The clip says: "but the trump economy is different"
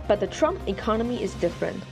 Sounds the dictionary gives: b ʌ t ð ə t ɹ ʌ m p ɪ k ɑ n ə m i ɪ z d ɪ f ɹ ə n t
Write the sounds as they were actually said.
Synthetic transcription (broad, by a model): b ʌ t ð ə t ɹ ʌ m p ɪ k ɑ n ə m i ɪ z d ɪ f ɹ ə n t